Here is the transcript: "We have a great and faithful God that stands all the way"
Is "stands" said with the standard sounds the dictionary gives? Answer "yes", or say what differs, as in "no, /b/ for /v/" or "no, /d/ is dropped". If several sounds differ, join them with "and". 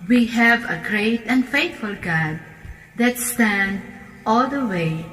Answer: no, /z/ is dropped